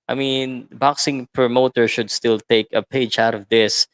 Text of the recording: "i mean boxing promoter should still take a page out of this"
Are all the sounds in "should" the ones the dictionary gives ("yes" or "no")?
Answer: yes